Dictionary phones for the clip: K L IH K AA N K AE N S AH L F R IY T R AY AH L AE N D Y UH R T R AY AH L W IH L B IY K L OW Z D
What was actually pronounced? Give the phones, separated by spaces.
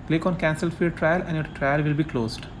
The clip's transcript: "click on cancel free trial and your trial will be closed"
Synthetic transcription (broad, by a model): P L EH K AA N K AE N S AH L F IY T R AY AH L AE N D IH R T R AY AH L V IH L B IY K L OW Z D